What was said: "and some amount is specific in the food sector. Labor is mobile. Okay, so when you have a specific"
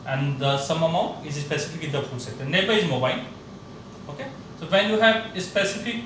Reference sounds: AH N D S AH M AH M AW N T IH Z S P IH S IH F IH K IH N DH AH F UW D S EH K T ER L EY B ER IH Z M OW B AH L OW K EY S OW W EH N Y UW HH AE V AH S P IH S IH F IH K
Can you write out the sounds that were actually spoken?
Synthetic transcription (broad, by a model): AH N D S AH M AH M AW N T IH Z S P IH S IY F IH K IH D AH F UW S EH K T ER N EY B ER IH Z M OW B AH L OW K EY S OW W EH N Y UW HH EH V S P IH S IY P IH K